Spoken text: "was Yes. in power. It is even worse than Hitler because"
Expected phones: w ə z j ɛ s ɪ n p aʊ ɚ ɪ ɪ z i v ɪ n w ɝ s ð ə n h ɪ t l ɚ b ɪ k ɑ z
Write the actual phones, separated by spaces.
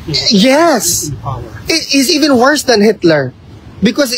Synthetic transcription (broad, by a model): j ɛ s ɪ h ɪ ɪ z i v ɪ n w ɝ s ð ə n h ɪ t l ɚ b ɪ k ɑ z